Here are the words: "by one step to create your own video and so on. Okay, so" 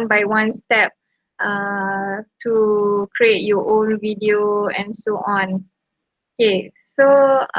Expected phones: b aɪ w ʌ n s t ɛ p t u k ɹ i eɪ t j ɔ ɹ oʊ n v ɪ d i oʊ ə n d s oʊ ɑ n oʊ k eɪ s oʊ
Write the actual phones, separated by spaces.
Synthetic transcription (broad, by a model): b aɪ w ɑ n s t ɛ p t u k ɹ i eɪ t j ɔ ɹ oʊ n v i d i oʊ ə n s oʊ ɑ n oʊ k eɪ s oʊ